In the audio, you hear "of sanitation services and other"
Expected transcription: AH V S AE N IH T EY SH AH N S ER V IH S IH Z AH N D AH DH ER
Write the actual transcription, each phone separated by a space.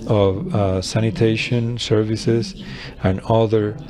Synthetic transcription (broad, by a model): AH V S AE N IH T EY SH AH N S ER V IH S IH Z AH N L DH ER